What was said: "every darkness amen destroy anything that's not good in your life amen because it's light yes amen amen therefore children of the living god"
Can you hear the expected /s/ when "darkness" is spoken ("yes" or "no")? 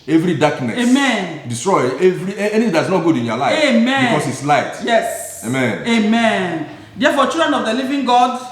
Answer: no